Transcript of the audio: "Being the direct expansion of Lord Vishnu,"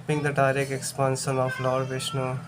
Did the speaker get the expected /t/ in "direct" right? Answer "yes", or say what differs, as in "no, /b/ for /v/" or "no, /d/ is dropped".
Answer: no, /t/ is dropped